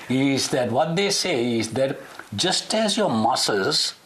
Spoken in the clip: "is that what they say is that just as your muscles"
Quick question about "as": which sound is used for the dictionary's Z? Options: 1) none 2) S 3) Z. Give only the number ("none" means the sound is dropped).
3